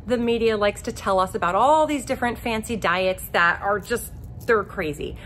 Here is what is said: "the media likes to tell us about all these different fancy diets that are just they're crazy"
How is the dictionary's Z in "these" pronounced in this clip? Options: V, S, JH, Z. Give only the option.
Z